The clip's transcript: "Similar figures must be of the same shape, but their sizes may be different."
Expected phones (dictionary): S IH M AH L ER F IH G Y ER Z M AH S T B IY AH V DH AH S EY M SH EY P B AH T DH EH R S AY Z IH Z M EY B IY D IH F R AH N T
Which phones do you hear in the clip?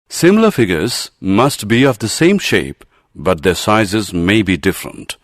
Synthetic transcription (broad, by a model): S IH M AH L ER F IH G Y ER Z M AH S T B IY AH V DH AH S EY M SH EY P B AH T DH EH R S AY Z IH Z M EY B IY D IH F R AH N T